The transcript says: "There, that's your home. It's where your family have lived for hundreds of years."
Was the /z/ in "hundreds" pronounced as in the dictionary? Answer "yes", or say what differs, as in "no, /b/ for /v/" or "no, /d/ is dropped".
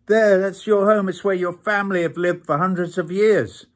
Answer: yes